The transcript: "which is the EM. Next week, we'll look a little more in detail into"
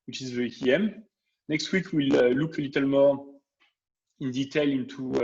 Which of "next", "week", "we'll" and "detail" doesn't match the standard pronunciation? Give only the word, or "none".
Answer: none